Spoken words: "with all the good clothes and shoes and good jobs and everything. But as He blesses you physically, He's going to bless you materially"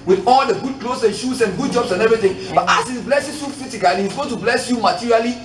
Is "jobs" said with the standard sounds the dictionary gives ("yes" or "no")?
no